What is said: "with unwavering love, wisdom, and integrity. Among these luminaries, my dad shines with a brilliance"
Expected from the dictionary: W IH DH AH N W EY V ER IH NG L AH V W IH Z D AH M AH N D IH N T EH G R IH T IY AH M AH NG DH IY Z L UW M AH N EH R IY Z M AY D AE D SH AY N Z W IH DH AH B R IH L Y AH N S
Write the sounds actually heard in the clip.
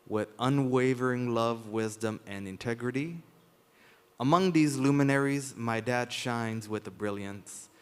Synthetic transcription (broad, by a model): W IH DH AH N W EY V ER IH NG L AH V W IH Z D AH M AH N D IH N T EH G R IH T IY AH M AH NG DH IY Z L UW M AH N EH R IY Z M AY D AE D SH AY N Z W IH DH AH B R IH L Y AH N S